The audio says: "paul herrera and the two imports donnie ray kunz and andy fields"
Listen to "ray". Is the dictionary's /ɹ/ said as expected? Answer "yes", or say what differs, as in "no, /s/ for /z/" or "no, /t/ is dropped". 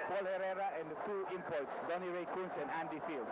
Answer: yes